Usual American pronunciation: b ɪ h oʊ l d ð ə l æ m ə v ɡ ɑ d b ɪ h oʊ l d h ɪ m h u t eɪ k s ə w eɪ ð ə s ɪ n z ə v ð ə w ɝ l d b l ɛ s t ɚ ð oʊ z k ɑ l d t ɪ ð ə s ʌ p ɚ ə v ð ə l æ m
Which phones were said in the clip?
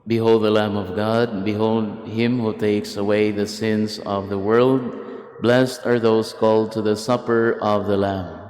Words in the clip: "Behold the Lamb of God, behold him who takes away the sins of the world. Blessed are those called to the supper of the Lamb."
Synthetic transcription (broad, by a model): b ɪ h oʊ l d ð ə l æ m ə v ɡ ɑ d b ɪ h oʊ l d h ɪ m h u t eɪ k s ə w eɪ ð ə s ɪ n z ə v ð ə w ɝ l d b l ɛ s t ɚ ð oʊ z k ɑ l d t ɪ ð ə s ʌ p ɚ ə v ð ə l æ m